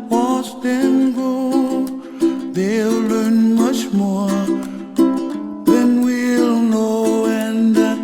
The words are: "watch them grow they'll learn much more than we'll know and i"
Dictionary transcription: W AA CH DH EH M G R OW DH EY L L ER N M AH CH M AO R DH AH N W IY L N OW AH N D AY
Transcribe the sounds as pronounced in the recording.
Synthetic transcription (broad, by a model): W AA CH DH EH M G OW DH EY L L ER N M AH CH M AO R DH AH N W IY L N OW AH N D